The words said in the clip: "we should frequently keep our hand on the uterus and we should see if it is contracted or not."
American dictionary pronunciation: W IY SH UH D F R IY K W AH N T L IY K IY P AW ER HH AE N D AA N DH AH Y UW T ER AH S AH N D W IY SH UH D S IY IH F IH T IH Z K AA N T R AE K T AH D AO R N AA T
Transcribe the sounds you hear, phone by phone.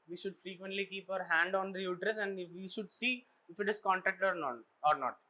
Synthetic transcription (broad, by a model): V IY SH UH D F R IY K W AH N T L IY K IY P AW ER HH AE N D AA N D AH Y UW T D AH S AH N D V IY SH UH D S IY IH F IH T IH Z K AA N T AE K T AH D AO R N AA T